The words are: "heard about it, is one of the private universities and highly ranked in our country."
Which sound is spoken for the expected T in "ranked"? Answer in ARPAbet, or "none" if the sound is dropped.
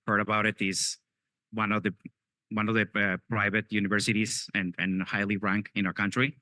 none